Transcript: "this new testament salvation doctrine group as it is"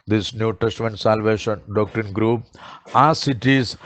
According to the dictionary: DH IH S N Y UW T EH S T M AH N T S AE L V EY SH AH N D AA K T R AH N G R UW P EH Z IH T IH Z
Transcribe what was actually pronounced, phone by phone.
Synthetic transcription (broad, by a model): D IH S N Y UW T EH S T M AH N T S AE L V EY SH AH N D AA K T R AH N G R UW P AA S IH T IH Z